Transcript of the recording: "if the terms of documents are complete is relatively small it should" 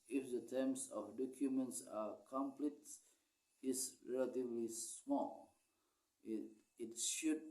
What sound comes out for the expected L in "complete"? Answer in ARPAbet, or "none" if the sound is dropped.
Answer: L